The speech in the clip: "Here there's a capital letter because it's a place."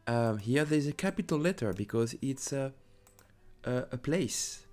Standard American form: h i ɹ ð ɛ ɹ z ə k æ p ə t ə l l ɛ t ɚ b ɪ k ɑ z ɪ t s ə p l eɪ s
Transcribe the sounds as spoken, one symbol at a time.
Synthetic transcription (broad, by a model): h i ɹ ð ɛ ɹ z ə k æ p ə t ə l l ɛ t ɚ b ɪ k ɑ z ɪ t s ə p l eɪ s